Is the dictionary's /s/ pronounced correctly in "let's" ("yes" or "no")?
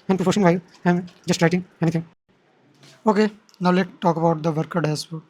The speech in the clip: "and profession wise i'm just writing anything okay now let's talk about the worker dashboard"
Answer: no